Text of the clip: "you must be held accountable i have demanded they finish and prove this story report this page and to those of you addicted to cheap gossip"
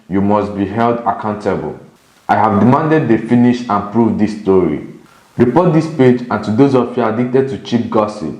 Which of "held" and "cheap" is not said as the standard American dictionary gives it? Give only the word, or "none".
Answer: none